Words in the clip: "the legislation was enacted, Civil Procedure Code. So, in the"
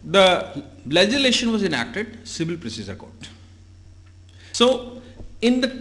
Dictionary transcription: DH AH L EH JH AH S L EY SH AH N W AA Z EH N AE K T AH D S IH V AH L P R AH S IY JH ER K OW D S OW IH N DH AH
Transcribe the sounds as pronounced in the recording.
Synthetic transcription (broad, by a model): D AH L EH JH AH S L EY SH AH N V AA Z EH N AE K T AH D S IH V AH L P R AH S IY Z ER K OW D S OW IH N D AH